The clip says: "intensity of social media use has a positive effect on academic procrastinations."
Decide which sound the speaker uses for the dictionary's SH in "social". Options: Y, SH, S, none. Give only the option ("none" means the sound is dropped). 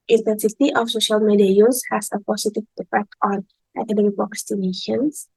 SH